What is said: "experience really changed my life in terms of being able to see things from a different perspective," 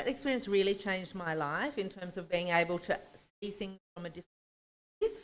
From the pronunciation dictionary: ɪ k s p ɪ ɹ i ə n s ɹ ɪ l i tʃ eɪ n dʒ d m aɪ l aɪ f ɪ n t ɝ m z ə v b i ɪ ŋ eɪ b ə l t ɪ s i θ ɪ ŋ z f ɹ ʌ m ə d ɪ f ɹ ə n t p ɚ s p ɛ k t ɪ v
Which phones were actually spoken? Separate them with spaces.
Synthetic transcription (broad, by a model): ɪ k s p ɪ ɹ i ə n s ɹ ɪ l i tʃ eɪ n dʒ d m aɪ l aɪ f ɪ n t ɝ m z ə v b i ɪ ŋ eɪ b ə l t ɪ s i θ ɪ ŋ z f ɹ ʌ m ə d ɪ f ɹ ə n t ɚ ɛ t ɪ